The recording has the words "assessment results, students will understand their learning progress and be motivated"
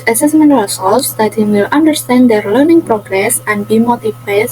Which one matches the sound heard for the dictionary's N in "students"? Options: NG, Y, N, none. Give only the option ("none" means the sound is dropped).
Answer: none